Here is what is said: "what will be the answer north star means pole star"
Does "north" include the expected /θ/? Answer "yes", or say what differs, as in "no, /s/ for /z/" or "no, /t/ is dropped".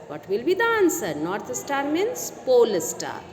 no, /t/ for /θ/